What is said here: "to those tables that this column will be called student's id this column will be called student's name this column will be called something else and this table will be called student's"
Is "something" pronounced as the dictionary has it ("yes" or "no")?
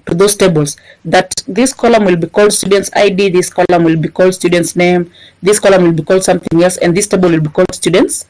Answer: yes